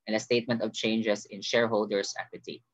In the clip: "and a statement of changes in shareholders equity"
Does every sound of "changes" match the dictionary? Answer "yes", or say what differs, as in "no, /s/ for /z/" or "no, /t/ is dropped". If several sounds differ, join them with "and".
no, /s/ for /z/